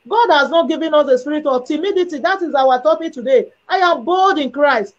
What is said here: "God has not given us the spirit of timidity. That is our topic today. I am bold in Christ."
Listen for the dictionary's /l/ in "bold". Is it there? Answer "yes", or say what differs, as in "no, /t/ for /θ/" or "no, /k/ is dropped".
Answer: yes